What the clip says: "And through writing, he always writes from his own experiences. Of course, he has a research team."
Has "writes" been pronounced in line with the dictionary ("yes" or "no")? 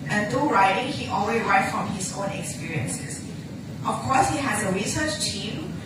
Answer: no